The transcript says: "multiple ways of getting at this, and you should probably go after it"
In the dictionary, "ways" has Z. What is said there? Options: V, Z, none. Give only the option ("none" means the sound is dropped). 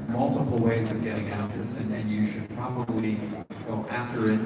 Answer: Z